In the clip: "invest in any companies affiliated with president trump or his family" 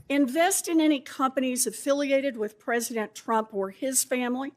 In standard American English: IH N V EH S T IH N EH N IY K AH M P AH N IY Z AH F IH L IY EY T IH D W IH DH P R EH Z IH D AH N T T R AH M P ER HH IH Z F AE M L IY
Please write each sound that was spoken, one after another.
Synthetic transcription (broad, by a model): IH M V EH S T IH N EH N IY K AH M P AH N IY Z AH F IH L IY EY T IH D W IH DH P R EH Z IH D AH N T T R AH M P ER IH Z F AE M L IY